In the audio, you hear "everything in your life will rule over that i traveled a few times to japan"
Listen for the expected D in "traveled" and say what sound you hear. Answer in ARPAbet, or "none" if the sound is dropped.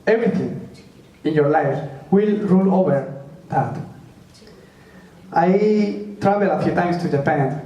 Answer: none